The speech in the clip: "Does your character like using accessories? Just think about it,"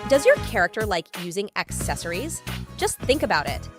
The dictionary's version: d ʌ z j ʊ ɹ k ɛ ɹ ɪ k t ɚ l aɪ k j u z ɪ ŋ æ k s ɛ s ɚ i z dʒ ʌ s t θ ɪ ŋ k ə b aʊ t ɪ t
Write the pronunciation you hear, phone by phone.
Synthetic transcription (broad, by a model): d ʌ z j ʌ ɹ k ɛ ɹ ɪ k t ɚ l aɪ k j u z ɪ ŋ æ k s ɛ s ɚ i z dʒ ʌ s t θ ɪ ŋ k ə b aʊ t ɪ t